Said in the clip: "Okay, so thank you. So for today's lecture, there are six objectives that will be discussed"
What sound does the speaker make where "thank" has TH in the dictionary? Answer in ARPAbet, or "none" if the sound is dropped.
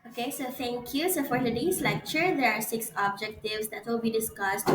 T